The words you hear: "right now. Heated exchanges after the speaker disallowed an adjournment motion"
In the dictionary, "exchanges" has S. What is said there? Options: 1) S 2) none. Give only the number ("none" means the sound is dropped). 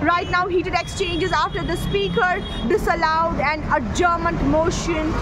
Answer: 1